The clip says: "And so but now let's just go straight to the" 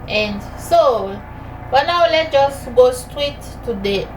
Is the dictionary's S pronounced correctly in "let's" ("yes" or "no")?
no